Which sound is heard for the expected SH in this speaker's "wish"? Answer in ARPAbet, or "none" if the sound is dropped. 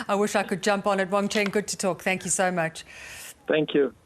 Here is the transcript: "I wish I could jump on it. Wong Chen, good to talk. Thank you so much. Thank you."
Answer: SH